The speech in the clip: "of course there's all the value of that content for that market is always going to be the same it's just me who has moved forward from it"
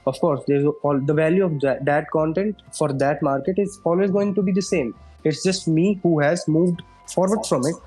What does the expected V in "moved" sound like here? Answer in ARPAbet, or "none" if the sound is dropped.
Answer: V